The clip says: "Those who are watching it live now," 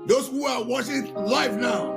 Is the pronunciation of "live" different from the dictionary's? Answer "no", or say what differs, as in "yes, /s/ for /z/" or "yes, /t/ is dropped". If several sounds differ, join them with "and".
yes, /f/ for /v/